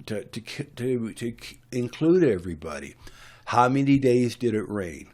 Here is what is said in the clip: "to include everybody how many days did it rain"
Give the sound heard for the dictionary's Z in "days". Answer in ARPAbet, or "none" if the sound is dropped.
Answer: Z